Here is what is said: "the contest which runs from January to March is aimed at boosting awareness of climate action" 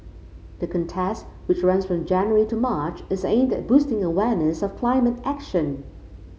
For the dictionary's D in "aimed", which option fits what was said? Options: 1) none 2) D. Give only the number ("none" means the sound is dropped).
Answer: 2